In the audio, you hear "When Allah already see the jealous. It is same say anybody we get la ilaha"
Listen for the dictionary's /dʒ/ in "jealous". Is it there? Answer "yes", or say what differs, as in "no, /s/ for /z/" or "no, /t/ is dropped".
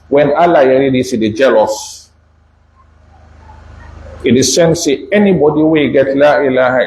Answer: yes